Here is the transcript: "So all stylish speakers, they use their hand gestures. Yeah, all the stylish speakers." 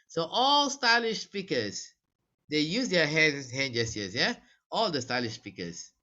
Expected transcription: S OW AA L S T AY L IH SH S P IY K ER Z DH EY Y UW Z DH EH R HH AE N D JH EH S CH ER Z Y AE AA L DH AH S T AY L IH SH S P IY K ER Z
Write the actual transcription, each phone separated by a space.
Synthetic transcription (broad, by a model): S OW AA L S T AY L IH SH S P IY K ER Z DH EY Y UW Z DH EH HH HH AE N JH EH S ER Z Y AE AA L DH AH S T AY L IH SH S P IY K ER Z